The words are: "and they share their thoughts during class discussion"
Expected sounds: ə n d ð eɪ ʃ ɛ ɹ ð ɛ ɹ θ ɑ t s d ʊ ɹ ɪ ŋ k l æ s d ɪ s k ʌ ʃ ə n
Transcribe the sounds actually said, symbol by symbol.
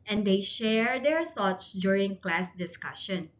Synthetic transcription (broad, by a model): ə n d eɪ ʃ ɛ ɹ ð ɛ ɹ θ ɑ t s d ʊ ɹ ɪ ŋ k l æ s d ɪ s k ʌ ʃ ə n